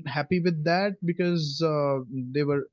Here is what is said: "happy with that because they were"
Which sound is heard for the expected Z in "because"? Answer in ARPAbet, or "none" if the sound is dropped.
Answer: Z